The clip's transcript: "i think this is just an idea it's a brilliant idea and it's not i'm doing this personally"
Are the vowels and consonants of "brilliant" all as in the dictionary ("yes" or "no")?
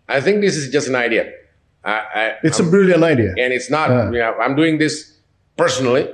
no